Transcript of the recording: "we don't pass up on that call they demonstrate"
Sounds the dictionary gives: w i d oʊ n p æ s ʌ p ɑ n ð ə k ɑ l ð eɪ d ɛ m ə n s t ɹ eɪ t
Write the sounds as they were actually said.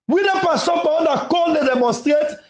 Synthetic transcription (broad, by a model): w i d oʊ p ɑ s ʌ b ɑ n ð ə k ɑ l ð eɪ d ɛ m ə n s t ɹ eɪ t